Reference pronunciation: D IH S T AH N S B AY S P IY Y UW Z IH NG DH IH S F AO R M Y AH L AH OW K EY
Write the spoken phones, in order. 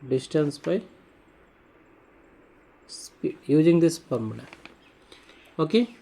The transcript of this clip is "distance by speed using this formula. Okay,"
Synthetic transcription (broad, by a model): D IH S T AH N S B AY S P IY Y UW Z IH NG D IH S P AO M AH N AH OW K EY